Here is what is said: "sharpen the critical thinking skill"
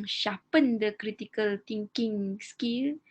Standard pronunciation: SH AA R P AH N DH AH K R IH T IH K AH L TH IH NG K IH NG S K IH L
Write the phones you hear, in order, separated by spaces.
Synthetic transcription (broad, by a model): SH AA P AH N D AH K R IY T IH K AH L T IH NG K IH NG S K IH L